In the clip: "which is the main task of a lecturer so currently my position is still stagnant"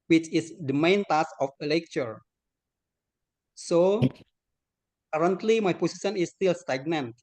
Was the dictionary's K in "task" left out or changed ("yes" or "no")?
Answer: yes